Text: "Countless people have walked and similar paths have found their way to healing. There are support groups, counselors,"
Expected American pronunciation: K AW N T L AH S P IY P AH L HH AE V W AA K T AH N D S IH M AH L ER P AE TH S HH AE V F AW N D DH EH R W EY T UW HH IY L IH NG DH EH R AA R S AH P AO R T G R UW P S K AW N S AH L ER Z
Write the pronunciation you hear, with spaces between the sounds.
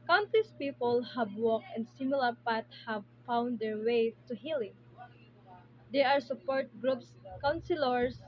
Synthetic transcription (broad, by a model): K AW N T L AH S P IY P AH L HH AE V W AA K AH N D S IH M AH L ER P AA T HH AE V F AW N D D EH R W EY T UW HH IY L IH NG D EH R AA R S AH P AO R T G R UW P S K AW N S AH L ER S